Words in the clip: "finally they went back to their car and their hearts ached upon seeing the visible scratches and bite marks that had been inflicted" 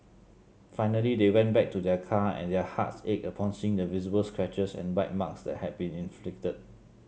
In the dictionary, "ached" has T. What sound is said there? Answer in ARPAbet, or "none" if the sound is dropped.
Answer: none